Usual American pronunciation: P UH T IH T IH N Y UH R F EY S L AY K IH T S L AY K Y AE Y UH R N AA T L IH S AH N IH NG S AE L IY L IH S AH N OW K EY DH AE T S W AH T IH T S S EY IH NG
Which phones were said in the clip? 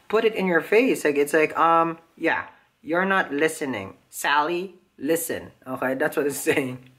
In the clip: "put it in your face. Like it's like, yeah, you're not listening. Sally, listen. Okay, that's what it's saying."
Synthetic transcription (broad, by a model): P UH T IH T IH N Y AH R F EY S L AY K IH T S L AY K Y AE Y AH R N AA T L IH S AH N IH NG S AE L IY L IH S AH N OW K EY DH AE T S W AH T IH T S S EY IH NG